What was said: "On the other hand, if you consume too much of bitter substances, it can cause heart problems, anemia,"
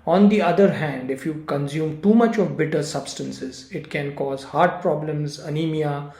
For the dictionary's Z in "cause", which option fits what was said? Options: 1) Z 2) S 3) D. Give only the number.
1